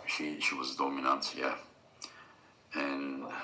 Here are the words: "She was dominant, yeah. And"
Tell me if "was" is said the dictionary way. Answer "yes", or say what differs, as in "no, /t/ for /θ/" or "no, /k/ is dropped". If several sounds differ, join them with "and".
yes